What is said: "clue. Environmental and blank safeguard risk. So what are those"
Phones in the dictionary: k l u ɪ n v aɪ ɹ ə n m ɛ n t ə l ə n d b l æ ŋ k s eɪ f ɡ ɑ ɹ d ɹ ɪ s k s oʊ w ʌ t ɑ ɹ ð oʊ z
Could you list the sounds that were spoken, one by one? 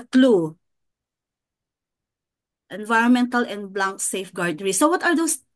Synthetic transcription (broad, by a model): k l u ɪ n v aɪ ɹ ə n m ɛ n t ə l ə n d b l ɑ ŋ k s eɪ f ɡ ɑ ɹ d ɹ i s s oʊ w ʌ t ɑ ɹ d oʊ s